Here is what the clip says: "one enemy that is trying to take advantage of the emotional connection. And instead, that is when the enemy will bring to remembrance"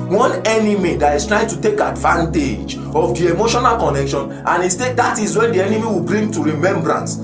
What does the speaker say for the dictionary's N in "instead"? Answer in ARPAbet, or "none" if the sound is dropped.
none